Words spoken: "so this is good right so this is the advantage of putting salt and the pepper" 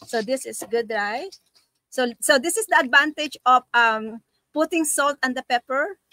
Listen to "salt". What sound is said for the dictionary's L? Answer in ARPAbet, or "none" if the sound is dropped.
L